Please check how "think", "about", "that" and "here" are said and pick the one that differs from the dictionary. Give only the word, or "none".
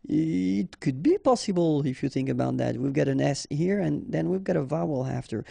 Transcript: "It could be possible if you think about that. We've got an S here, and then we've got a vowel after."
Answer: none